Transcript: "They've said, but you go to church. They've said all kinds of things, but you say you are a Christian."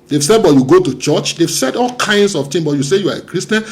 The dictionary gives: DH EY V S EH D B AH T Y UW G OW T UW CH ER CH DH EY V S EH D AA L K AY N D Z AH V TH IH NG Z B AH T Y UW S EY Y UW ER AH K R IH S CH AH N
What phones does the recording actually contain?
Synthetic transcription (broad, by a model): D EY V S EH D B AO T Y UW G OW T UW CH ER CH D EY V S EH D AA L K AY N D S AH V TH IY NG B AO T Y UW S EY Y UW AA AH K R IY S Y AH N